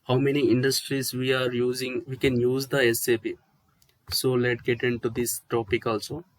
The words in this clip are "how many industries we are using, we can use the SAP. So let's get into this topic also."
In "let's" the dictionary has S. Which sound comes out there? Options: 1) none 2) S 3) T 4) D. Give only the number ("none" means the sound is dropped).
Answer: 1